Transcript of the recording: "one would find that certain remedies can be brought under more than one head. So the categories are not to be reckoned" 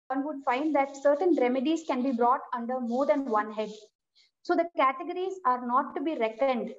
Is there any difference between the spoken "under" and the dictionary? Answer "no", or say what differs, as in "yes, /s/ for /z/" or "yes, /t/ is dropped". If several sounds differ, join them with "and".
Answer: no